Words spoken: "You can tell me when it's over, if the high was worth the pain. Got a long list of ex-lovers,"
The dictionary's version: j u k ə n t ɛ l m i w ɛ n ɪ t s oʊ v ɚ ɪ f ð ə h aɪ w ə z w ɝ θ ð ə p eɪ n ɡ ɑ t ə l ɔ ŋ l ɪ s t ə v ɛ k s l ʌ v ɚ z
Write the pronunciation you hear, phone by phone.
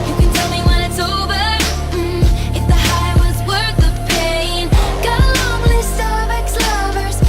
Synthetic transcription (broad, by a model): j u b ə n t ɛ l m i w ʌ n ɪ t s oʊ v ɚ ɪ f ð ə h aɪ w ə z w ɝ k ð ə p eɪ n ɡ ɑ ə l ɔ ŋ l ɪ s ə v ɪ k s l ʌ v ɚ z